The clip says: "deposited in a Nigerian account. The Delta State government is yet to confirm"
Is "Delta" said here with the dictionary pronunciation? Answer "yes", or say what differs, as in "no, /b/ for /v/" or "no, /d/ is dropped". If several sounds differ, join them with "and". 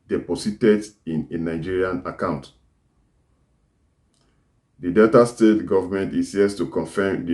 no, /l/ is dropped